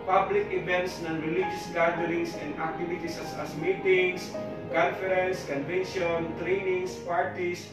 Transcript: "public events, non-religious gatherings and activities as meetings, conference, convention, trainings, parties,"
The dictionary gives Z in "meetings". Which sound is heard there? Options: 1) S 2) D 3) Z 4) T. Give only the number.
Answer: 1